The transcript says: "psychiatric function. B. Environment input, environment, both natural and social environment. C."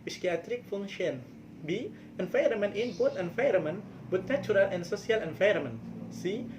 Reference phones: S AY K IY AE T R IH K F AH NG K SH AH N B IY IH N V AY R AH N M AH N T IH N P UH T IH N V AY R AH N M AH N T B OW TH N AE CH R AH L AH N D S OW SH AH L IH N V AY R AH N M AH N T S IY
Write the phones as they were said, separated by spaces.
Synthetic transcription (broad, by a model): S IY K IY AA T R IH K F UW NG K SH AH N B IY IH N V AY R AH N M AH N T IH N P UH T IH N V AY R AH M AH N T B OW T N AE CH R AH L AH N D S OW S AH L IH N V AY R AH M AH N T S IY